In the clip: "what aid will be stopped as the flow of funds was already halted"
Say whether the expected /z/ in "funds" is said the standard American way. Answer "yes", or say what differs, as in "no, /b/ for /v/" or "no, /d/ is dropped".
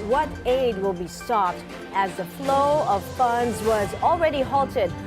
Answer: yes